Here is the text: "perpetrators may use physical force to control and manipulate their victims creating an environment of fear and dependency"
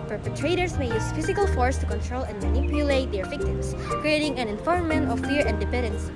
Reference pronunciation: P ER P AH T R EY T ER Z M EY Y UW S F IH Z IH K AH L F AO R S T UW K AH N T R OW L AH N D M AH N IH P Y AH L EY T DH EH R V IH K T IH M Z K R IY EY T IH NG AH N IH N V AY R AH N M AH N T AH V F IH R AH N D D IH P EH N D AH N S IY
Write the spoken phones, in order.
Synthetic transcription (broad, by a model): P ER P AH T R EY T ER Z M EY Y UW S F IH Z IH K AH L F AO R S T UW K AH N T R OW L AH N M AH N IH P Y AH L EY T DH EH R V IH K T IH M S K R IY EY T IH NG AH N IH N F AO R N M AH N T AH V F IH R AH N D D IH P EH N D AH N S